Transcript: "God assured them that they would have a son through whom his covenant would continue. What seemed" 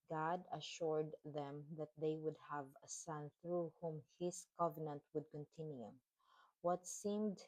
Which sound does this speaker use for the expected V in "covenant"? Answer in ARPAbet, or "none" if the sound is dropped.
V